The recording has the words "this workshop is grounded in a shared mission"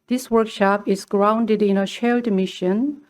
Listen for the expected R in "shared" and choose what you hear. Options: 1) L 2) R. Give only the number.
1